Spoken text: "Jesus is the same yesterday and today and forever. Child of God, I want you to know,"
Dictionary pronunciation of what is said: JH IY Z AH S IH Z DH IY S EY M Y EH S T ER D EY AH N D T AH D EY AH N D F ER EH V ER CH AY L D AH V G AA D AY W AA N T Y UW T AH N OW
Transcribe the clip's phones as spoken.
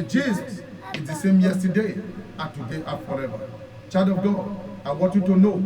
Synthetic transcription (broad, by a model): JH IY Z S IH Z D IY S EY M Y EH S T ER D EY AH T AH D EY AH F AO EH V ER CH AY D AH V G AA D AY W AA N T Y UW T AH N OW